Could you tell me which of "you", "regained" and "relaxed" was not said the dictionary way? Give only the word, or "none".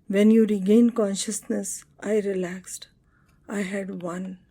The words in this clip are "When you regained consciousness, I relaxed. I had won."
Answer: none